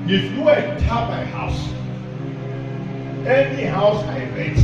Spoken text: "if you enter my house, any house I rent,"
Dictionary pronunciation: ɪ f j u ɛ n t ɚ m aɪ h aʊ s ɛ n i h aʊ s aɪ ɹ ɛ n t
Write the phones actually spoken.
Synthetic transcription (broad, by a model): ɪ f j u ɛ t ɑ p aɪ h aʊ s ɛ n i h aʊ s aɪ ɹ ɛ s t